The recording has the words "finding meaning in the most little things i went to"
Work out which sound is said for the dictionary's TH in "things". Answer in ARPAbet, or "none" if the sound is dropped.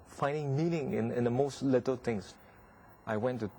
T